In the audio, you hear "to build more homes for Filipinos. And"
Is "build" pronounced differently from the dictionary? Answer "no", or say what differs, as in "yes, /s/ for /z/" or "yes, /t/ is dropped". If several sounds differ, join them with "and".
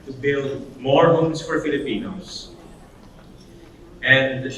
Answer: no